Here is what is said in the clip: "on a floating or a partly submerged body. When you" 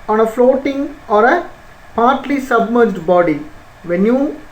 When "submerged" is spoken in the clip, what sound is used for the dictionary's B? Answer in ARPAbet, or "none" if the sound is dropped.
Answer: B